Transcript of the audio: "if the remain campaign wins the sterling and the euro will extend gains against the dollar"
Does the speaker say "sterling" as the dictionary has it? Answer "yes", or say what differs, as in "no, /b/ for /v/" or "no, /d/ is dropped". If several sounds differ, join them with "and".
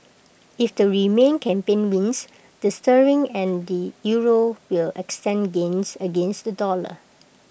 no, /l/ is dropped